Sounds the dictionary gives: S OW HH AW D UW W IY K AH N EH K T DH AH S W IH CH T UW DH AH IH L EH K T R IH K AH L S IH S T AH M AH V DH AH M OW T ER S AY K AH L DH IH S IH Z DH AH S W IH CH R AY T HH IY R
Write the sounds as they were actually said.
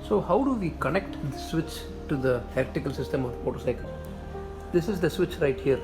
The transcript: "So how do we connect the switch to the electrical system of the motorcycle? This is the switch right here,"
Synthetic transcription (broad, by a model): S OW HH AW D UW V IY K AH N EH K T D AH S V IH CH T UW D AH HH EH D T IH K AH L S IH S T AH M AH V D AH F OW T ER S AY K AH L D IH S IH Z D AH S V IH CH R AY T HH IY R